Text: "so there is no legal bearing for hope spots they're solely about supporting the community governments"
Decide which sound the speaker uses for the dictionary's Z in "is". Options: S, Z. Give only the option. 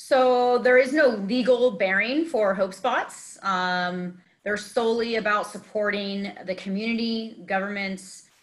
Z